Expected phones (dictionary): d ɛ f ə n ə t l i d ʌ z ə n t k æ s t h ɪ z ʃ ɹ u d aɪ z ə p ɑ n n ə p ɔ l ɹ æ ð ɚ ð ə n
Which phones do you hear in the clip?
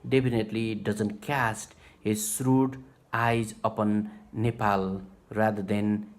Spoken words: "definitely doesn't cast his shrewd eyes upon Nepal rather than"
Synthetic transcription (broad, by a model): d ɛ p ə n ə t l i d ʌ z ə n t k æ s t h ɪ z s ɹ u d aɪ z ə p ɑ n n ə p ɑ l ɹ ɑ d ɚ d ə n